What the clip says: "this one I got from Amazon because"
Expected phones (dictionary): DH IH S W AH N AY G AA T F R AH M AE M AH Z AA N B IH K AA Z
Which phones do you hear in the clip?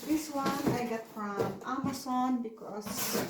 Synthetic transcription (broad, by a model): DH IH S W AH N AY G AA T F R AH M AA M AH S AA N B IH K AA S